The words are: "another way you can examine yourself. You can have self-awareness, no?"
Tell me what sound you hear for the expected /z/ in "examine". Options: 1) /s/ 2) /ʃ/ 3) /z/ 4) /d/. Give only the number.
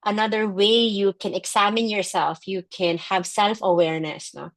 1